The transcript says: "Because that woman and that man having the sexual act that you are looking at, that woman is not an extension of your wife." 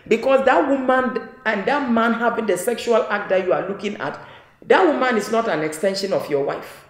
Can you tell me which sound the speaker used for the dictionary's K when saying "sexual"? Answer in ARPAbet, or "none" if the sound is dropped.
K